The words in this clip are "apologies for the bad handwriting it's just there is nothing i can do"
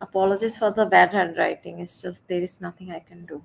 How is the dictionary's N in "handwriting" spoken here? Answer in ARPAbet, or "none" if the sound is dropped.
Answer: none